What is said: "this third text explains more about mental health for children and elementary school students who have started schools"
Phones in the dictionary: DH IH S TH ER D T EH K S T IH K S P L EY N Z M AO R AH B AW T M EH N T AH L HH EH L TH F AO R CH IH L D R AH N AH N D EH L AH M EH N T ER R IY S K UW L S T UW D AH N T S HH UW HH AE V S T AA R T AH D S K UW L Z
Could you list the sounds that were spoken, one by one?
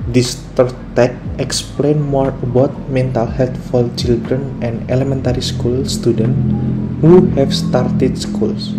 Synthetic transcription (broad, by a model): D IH S T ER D T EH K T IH K S P L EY N M AO R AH B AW T M EH N T AH L HH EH L T F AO L CH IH L D R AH N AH N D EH L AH M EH N T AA R IY S K UW L S T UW D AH N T HH UW HH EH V S T AA R T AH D S K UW L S